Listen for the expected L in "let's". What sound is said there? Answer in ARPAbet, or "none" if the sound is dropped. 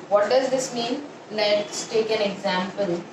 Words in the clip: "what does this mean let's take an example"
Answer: N